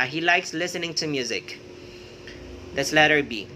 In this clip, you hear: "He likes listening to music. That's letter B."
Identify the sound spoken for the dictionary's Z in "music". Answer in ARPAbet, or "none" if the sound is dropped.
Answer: Z